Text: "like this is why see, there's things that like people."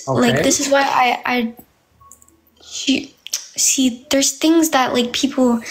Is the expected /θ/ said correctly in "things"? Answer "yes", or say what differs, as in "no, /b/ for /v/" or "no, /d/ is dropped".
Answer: yes